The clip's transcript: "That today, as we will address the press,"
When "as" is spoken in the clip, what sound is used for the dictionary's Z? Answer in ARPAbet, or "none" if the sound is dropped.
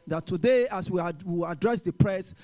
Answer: S